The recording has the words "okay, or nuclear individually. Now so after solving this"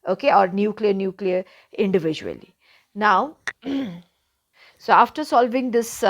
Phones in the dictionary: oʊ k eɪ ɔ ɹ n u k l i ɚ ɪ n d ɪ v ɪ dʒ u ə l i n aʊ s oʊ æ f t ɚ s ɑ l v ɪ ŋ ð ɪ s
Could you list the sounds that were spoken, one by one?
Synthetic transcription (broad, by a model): oʊ k eɪ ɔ ɹ n u k l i ɚ ɪ n d ɪ v ɪ dʒ u ə l i n aʊ s oʊ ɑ f t ɚ s ɑ l v ɪ ŋ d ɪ s